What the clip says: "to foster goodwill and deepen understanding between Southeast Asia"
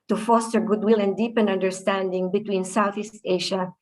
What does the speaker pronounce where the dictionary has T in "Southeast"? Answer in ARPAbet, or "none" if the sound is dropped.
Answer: T